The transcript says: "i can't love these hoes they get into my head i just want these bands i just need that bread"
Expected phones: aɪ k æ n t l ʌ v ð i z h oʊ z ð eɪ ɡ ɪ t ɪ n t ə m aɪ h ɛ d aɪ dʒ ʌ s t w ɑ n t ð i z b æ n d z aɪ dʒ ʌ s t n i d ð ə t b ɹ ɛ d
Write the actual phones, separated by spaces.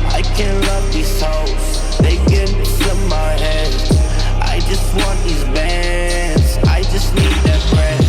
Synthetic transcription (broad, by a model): aɪ k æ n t l ʌ v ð i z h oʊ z ð eɪ ɪ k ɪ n s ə m aɪ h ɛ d aɪ dʒ ʌ s t w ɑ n ð i z b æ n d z aɪ dʒ ʌ s t n i d ð ə t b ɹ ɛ